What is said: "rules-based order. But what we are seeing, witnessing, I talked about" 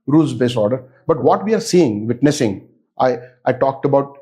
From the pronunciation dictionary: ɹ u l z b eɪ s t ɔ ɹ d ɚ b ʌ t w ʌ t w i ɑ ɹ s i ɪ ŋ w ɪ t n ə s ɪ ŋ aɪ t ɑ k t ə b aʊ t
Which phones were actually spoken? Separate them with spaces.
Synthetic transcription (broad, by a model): ɹ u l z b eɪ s ɔ ɹ d ɚ b ʌ t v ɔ t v i ɑ ɹ s i ɪ ŋ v ɪ t n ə s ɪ ŋ aɪ t ɑ k t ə b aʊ t